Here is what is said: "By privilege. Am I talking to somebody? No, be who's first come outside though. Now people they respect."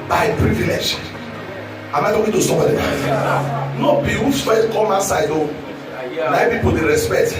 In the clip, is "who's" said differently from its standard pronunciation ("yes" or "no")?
yes